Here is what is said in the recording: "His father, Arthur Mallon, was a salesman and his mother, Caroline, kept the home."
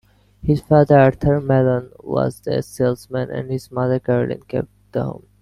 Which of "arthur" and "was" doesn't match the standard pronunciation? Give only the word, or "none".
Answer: arthur